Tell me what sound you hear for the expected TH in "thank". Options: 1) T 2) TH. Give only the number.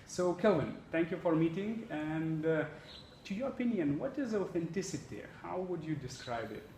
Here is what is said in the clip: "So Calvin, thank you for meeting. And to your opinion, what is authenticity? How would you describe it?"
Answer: 1